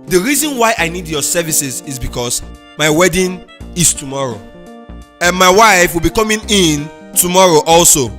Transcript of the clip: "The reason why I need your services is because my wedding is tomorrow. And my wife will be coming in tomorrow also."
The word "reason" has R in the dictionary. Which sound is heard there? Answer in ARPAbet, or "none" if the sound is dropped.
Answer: R